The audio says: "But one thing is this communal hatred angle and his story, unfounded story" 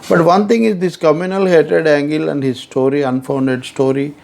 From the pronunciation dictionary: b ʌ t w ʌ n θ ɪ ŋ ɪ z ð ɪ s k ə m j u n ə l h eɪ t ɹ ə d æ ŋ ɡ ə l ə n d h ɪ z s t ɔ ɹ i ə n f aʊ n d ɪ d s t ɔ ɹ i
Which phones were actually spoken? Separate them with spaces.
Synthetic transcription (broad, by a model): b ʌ t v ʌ n t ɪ ŋ ɪ z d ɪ s k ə m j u n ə l h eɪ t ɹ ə d æ ŋ ɡ ə l ə n d h ɪ z s t ɔ ɹ i ə n f aʊ n d ɪ d s t ɔ ɹ i